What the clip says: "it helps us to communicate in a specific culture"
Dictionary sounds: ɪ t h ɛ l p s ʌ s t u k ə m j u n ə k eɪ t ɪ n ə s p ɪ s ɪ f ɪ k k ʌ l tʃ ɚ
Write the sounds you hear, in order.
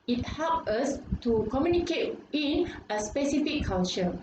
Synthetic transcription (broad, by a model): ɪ t h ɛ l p ʌ s t u k ə m j u n ə k eɪ t ɪ n ə s p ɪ s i f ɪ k k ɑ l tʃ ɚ